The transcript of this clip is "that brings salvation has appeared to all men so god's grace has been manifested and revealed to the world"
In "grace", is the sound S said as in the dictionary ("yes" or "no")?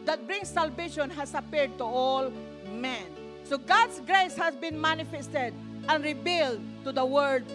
yes